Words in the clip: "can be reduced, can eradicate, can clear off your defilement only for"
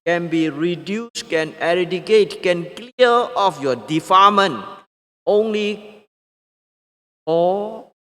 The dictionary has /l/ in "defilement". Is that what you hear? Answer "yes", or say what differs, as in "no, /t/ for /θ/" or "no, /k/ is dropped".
no, /l/ is dropped